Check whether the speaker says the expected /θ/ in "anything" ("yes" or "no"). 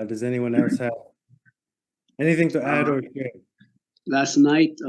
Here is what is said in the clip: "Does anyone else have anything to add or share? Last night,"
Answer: yes